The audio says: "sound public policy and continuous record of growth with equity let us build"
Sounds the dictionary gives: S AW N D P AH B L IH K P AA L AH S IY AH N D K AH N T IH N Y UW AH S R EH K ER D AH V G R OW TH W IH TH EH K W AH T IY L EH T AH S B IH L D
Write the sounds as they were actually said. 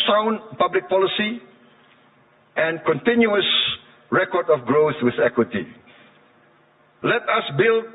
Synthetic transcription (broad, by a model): S AW N P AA B L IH K P AA L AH S IY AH N K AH N T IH N Y UW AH S R EH K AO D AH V G R OW TH W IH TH EH K W AH T IY L EH T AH S B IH L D